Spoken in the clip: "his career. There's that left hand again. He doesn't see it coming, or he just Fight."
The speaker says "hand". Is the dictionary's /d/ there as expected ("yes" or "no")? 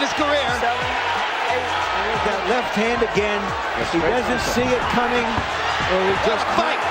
yes